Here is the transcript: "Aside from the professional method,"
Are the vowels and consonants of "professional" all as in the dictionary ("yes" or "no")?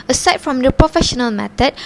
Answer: yes